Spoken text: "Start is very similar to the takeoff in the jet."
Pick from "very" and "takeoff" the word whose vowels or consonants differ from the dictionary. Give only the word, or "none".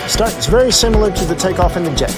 none